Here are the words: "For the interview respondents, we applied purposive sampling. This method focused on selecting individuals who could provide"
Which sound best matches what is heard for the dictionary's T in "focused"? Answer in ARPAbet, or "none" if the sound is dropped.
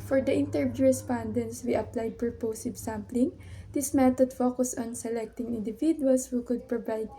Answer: none